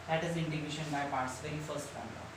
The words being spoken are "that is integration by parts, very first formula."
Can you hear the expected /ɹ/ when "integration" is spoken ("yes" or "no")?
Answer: no